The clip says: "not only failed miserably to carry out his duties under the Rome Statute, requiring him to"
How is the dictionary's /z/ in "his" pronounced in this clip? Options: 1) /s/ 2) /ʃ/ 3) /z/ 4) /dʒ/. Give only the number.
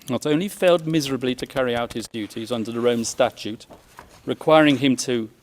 3